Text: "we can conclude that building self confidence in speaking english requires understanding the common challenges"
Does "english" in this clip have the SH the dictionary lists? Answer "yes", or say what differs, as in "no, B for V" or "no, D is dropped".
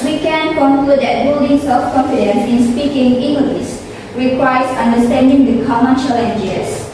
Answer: no, S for SH